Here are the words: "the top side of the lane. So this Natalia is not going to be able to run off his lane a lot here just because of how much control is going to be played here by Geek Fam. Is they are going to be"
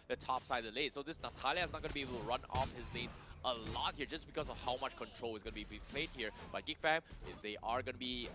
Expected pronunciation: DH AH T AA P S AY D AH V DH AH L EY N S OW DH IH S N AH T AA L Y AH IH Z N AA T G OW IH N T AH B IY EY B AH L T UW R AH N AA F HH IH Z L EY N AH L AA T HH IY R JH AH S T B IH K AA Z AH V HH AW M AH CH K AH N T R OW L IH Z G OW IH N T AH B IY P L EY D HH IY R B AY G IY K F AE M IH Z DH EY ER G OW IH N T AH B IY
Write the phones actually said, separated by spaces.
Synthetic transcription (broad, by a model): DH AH T AA P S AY AH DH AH L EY S OW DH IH S N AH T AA L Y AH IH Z N AA T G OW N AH B IY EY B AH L T UW R AH N AA F HH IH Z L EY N AH L AA T HH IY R JH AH S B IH K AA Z AH V HH AW M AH CH K AH N T R OW L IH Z G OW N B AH B IY P L EY D HH IY R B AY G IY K F AE M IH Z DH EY ER G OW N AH B IY